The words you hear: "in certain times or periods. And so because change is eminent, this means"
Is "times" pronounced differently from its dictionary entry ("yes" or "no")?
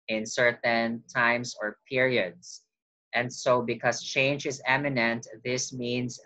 yes